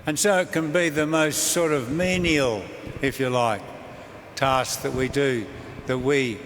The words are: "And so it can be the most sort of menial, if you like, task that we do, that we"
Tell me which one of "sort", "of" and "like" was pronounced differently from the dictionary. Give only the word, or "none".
none